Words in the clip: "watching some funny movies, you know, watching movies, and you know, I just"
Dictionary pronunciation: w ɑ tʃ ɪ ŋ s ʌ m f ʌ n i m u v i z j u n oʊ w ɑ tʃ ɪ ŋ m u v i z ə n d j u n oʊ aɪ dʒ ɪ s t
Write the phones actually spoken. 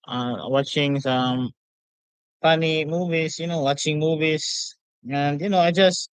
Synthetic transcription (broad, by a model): w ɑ tʃ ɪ ŋ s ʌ m p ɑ n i m u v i s j u n oʊ w ɑ tʃ ɪ ŋ m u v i s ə n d j u n oʊ aɪ dʒ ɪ s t